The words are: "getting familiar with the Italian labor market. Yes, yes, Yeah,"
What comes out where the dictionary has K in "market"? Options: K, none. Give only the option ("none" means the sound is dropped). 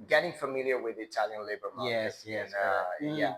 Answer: none